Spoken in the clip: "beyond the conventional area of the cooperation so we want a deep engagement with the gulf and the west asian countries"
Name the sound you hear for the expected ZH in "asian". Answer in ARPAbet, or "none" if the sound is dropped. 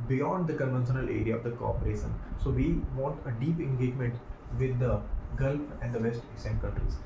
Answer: S